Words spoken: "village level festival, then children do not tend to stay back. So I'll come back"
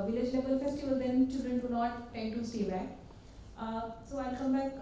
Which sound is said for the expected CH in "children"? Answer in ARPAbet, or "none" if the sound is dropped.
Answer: CH